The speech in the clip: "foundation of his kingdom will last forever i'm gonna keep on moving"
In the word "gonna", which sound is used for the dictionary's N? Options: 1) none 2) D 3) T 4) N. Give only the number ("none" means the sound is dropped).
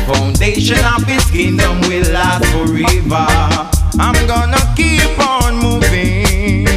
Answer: 4